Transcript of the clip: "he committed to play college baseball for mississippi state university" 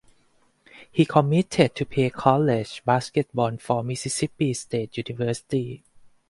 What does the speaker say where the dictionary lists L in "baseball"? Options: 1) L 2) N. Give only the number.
2